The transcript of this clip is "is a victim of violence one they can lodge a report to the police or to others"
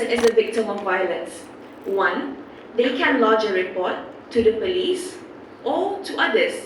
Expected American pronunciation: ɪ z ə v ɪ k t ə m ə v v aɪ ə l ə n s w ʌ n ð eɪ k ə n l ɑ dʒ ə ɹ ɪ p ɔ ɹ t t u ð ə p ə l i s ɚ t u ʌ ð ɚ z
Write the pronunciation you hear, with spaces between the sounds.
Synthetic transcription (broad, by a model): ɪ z ə v ɪ k t ə m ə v v aɪ ə l ə n s w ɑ n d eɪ k ə n l ɑ dʒ ə ɹ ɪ p ɔ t t u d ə p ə l i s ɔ t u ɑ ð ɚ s